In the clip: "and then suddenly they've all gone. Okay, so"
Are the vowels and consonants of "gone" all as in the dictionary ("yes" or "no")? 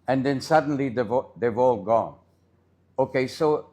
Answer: yes